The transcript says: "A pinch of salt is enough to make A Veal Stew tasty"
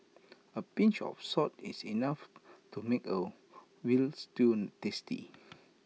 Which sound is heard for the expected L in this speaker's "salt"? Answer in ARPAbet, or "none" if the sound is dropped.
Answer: none